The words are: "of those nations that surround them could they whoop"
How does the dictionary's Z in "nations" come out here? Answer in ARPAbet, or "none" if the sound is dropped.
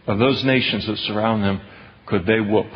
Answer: Z